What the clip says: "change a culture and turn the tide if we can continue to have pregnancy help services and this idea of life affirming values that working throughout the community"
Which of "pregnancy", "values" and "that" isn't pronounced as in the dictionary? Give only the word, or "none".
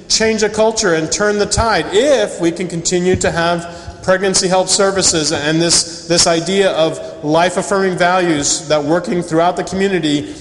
none